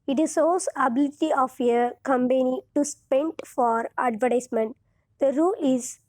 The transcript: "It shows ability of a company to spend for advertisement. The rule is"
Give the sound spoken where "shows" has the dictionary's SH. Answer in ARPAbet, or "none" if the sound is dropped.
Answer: S